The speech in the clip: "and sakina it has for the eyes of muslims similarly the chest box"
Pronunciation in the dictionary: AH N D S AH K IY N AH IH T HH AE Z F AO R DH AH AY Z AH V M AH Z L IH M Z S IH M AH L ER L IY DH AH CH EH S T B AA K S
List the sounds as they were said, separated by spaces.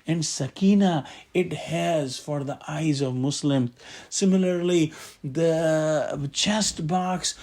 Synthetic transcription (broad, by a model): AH N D S AH K IY N AH IH T HH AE Z F AO R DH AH AY Z AH V M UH S L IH M S IH M AH L ER L IY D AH CH EH S T B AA K S